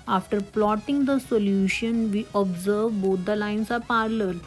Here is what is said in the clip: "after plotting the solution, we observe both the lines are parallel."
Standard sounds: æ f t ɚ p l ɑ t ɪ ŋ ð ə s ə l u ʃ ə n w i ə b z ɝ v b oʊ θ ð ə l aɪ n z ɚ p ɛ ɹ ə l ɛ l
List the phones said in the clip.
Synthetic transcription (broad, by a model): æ f t ɚ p l ɑ t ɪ ŋ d ə s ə l u ʃ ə n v i ə b z ɝ v b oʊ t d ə l aɪ n s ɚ p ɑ ɹ l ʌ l